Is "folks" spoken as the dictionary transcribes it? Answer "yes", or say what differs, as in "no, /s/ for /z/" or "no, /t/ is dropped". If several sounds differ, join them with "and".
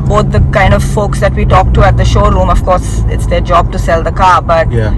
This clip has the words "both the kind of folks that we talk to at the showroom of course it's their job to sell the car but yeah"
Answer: yes